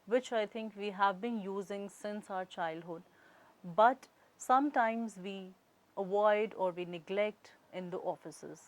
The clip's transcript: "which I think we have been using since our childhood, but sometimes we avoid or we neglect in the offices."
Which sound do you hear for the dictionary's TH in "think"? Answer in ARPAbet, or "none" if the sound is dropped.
T